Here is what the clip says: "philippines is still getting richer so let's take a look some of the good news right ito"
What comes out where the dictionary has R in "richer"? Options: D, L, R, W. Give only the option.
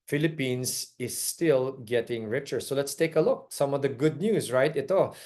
R